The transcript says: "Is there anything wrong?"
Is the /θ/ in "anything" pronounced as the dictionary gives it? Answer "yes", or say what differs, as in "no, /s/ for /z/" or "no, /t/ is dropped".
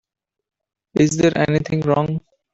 no, /t/ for /θ/